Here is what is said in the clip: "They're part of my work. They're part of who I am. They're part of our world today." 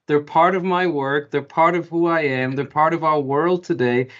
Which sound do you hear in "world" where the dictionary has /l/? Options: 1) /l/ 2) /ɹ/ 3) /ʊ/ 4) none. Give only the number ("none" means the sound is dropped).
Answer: 1